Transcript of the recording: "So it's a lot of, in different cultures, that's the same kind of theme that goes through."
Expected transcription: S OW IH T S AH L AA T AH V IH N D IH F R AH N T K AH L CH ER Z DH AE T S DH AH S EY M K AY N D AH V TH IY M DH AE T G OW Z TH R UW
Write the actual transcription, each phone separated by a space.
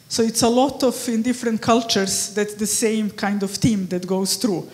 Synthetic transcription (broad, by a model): S OW IH T S AH L AA T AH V IH N D IH F R AH N T K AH L CH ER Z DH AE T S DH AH S EY M K AY N D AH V T IY M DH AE T G OW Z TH R UW